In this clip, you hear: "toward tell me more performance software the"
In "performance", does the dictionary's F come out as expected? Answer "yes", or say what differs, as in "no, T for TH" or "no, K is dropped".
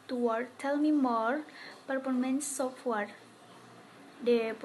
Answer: no, P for F